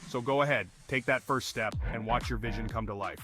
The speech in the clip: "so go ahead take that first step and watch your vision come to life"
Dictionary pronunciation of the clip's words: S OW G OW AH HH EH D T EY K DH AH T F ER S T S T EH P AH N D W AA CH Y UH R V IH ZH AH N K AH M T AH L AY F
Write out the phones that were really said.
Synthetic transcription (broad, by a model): S OW G OW AH HH EH D T EY K DH AH T F ER S T S T EH P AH N W AA CH Y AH R V IH ZH AH N K AH M T AH L AY F